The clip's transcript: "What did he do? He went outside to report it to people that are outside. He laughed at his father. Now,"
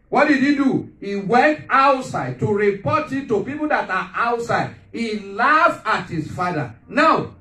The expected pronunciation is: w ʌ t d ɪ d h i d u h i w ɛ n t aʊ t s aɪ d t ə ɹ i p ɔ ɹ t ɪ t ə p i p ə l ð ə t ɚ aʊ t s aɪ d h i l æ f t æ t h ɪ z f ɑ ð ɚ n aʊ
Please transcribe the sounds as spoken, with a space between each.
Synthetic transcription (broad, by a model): w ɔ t d ɪ d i d u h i w ɛ n t aʊ t s aɪ d t ə ɹ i p ɔ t ɪ t ə p i p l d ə t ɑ aʊ t s aɪ d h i l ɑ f ɑ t h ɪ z f ɑ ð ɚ n aʊ